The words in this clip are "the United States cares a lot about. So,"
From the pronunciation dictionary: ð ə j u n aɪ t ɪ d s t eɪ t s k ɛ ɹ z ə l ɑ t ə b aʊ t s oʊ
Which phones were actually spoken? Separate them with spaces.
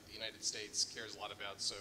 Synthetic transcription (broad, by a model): ð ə j u n aɪ t ɪ d s t eɪ t s k ɛ ɹ z ə l ɑ t ə b aʊ t s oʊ